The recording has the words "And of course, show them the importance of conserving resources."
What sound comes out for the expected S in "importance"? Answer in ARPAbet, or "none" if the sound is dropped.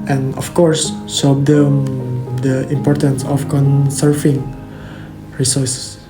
S